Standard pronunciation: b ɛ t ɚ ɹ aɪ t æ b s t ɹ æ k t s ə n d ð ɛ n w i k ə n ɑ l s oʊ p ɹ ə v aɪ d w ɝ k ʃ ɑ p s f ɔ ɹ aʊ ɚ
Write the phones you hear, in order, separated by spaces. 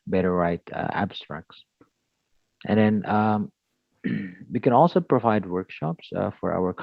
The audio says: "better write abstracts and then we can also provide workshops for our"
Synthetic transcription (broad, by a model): b ɛ t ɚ ɹ aɪ t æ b s t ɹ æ k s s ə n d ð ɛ n w i k ə n ɑ l s oʊ p ɹ ə v aɪ d w ɝ k ʃ ɑ p s f ɔ ɹ aʊ ɚ